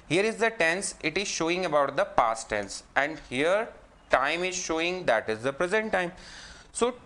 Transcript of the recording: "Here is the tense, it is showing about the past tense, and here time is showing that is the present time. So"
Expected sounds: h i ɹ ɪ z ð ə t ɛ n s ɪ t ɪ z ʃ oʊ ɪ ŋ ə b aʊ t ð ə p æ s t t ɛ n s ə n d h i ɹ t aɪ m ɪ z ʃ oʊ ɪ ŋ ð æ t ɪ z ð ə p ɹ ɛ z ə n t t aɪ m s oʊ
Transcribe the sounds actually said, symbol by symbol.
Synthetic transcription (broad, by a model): h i ɹ ɪ z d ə t ɛ n s ɪ t ɪ z ʃ oʊ ɪ ŋ ə b aʊ t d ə p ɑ s t t ɛ n s ə n d h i ɹ t aɪ m ɪ z ʃ oʊ ɪ ŋ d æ t ɪ z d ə p ɹ ɛ z ə n t t aɪ m s oʊ